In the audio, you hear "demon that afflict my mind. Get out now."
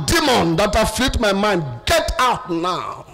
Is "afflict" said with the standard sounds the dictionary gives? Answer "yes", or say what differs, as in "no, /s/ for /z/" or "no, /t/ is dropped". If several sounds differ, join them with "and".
no, /k/ is dropped